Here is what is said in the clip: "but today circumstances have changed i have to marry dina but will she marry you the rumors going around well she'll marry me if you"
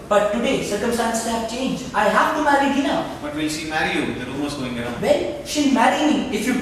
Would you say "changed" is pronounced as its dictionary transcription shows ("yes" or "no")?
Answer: no